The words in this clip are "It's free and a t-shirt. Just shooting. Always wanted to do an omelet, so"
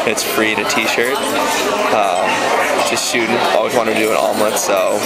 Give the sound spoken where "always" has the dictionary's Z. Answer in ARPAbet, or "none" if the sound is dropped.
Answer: Z